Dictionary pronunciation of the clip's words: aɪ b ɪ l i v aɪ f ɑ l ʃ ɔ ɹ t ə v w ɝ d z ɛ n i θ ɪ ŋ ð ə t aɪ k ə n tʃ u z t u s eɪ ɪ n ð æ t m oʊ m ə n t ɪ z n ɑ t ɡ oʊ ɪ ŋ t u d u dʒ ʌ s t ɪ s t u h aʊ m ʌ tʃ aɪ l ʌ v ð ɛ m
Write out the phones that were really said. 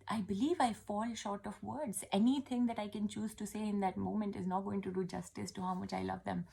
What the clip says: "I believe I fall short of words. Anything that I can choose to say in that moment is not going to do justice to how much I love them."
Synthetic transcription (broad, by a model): aɪ b ɪ l i v aɪ f ɑ l ʃ ɔ ɹ t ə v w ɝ d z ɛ n i t ɪ ŋ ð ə t aɪ k ə n tʃ u z t u s eɪ ɪ n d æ t m oʊ m ə n t ɪ z n ɑ t ɡ oʊ ɪ ŋ t u d u dʒ ʌ s t ɪ s t u h aʊ m ʌ tʃ aɪ l ʌ v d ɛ m